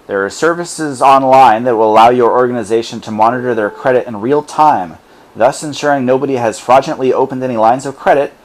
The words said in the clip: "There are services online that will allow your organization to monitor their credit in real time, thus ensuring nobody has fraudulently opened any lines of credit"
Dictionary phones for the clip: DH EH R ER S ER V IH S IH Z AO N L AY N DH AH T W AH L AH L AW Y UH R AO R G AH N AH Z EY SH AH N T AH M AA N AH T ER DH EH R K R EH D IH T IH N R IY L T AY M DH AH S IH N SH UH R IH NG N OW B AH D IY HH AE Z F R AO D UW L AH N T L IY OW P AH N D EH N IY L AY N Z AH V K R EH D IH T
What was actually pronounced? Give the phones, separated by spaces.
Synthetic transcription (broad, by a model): DH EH R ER S ER V IH S IH Z AO N L AY N DH AH T W AH L AH L AW Y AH R AO R G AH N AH Z EY SH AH N T AH M AA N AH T ER DH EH R K R EH D IH T IH N R IY L T AY M DH AH S IH N SH UH R IH NG N OW B AH D IY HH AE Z F R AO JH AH N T L IY OW P AH N D EH N IY L AY N Z AH V K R EH D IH T